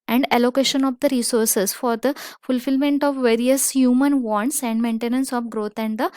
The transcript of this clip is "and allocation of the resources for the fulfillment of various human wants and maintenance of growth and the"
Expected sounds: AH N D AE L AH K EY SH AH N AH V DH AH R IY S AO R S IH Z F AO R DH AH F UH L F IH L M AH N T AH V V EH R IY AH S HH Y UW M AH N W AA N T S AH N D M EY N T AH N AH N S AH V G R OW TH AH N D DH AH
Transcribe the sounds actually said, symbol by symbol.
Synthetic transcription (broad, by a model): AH N D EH L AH K EY SH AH N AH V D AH R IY S AO R S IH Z F AO R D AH F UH L F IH L M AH N T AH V V EH R IY AH S HH Y UW M AH N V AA N T S AH N D M EY N T AH N AH N S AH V G R OW T AH N D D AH